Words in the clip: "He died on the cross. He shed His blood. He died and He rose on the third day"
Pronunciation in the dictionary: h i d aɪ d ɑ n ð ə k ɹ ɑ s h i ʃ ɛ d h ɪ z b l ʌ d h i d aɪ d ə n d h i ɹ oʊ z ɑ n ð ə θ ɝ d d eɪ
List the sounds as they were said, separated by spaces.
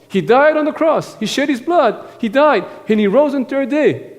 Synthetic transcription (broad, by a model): h i d aɪ d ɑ n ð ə k ɹ ɑ s h i ʃ ɛ d h ɪ z b l ʌ d h i d aɪ d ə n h i ɹ oʊ z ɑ n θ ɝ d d eɪ